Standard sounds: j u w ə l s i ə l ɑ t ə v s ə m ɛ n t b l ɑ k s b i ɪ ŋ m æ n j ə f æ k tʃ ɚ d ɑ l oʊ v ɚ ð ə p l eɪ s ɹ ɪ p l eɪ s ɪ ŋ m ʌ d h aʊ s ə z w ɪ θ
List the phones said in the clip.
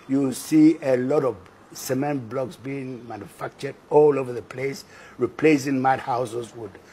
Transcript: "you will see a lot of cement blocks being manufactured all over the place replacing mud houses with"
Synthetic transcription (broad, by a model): j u s i ə l ɑ t ə v s ə m ɛ n t b l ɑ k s b i ɪ ŋ m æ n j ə f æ k tʃ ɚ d ɑ l oʊ v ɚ ð ə p l eɪ s ɹ ɪ p l eɪ s ɪ ŋ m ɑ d h aʊ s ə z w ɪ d